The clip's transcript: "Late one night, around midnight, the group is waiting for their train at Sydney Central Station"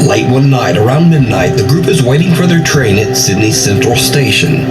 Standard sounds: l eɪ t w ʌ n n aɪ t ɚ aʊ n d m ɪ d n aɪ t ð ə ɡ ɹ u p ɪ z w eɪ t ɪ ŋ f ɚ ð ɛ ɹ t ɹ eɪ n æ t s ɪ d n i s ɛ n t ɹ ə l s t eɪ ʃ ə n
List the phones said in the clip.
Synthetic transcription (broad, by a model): l eɪ t w ʌ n n aɪ t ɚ aʊ n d m ɪ d n aɪ t ð ə ɡ ɹ u p ɪ z w eɪ t ɪ ŋ f ɚ ð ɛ ɹ t ɹ eɪ n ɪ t s ɪ d n i s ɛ n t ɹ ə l s t eɪ ʃ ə n